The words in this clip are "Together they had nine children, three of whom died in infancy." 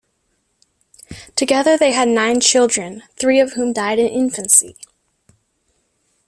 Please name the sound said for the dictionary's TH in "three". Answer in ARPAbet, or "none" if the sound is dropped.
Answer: TH